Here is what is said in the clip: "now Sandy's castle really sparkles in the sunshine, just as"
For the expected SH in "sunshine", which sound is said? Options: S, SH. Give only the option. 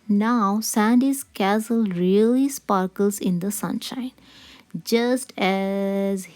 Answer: SH